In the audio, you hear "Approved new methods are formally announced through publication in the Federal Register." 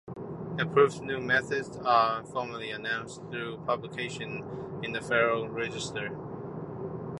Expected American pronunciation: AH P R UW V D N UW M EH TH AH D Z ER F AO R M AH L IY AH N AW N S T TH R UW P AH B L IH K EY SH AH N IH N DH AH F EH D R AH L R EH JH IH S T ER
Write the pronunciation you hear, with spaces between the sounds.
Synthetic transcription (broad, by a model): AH P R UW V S N UW M EH TH AH D Z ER F AO R M AH L IY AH N AW N S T TH R UW P AH B L IH K EY SH AH N IH N DH AH F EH R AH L R EH JH IH S T ER